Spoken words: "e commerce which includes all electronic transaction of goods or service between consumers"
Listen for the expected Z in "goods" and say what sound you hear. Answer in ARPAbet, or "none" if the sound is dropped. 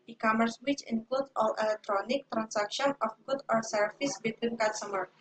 none